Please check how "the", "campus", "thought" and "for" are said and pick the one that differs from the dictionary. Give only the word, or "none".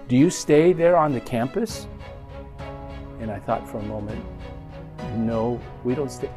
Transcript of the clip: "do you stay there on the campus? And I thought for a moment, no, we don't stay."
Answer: none